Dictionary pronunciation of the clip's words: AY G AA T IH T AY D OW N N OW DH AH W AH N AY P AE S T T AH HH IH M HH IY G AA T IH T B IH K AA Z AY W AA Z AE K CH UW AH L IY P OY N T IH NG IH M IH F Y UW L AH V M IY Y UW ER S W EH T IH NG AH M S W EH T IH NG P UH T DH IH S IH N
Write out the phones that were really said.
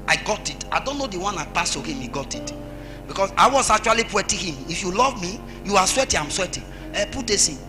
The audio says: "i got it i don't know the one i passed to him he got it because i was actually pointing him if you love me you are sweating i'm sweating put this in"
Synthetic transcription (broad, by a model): AY G AA T IH T AY D OW N N OW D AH W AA N AY P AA S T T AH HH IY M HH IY G AA T IH T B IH K AA S AY W AA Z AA K CH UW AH L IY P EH T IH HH IH M IH F Y UW L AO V M IY Y UW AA S W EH T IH AH M S W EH T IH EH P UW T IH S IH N